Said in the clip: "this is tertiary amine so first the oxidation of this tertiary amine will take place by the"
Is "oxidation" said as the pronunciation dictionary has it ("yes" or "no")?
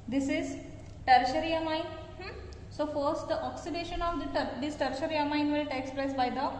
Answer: yes